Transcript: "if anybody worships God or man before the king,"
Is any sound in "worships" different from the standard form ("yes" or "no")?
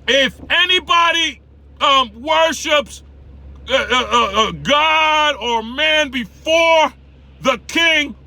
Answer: no